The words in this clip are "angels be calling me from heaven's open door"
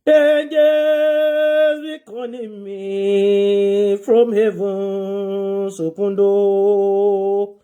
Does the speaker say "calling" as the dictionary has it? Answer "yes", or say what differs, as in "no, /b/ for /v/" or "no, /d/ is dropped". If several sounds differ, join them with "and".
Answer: no, /n/ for /l/